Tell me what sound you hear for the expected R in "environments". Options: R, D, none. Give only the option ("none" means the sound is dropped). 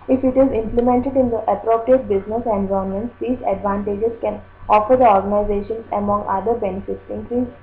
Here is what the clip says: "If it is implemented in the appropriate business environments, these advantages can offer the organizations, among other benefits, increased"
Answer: none